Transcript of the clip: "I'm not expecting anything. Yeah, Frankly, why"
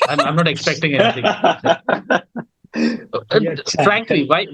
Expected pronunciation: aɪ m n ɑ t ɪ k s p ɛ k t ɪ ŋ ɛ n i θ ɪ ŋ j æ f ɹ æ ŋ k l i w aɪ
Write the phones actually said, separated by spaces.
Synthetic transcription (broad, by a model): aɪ m n ɑ t ɪ k s p ɛ k t ɪ ŋ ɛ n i t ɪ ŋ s f ɹ æ ŋ k l i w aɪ